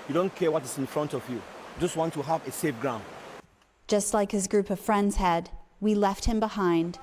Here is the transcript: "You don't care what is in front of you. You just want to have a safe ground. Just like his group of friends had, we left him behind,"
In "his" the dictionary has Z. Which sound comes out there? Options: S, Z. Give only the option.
Z